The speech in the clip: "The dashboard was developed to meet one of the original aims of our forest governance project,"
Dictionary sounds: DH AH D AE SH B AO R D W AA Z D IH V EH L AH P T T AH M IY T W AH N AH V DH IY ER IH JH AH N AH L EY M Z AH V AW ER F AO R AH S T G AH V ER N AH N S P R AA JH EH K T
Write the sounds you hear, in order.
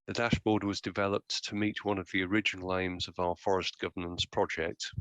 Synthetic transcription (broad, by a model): DH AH D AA SH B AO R D W AA Z D IH V EH L AH P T T AH M IY T W AH N AH V DH IY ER IH JH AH N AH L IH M Z AH V AW ER F AO R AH S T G AH V ER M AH N S P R AA JH EH K T